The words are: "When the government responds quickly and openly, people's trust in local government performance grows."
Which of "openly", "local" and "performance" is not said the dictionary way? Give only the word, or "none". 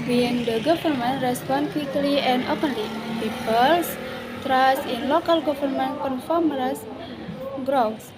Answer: performance